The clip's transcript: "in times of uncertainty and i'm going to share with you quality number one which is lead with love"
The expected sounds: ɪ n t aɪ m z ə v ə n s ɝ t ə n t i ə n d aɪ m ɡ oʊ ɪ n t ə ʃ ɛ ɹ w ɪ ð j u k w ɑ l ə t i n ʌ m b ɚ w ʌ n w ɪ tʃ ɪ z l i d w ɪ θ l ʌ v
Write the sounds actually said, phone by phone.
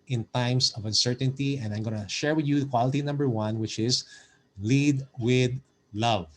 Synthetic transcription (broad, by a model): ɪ n t aɪ m s ə v ə n s ɝ t ə n t i ə n d aɪ m ɡ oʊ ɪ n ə ʃ ɛ ɹ w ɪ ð j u k w ɑ l ə t i n ʌ m b ɚ w ʌ n w ɪ tʃ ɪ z l i d w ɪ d l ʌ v